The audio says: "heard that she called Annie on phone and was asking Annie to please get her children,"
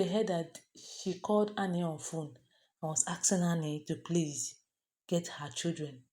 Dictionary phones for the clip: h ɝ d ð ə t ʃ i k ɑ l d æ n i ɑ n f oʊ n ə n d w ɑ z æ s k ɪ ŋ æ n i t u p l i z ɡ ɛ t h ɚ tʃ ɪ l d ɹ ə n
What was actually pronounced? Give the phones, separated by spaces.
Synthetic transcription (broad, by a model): h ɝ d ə t ʃ i k ɑ l d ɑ n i ɑ n f oʊ n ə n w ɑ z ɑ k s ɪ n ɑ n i t u p l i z ɡ ɛ t h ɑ tʃ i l d ɹ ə n